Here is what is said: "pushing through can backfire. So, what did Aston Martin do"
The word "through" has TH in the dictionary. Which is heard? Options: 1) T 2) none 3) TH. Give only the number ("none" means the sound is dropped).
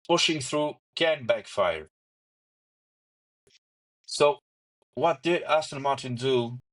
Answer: 3